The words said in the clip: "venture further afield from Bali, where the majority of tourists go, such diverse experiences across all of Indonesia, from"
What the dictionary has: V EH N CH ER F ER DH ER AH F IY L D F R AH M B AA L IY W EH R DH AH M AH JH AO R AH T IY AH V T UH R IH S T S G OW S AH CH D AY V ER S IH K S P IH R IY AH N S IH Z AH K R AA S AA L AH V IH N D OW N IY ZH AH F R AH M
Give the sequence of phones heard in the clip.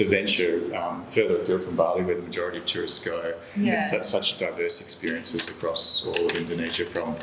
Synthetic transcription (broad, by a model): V EH N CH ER F ER DH ER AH P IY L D F R AH M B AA L IY W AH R DH AH M AH JH AO R AH T IY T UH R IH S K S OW S AH CH D AY V ER S IH K S P IH R IY AH N S IH Z AH K R AA S AA L AH V IH N D OW N IY ZH AH F R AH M